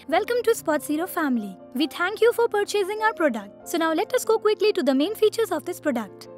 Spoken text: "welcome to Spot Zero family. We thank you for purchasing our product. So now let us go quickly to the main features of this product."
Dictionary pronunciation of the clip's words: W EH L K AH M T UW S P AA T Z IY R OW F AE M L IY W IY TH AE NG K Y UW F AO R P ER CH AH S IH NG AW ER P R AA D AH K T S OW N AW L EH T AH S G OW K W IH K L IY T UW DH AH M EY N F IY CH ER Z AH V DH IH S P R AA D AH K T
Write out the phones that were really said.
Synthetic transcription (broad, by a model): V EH L K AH M T UW S P AA T S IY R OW F AE M L IY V IY T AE NG K Y UW F AO R P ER CH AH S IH NG AW ER P R AA D AH K T S OW N AW L EH T AH S G OW K W IH K L IY T UW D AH M EY N F IY CH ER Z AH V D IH S P R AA D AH K T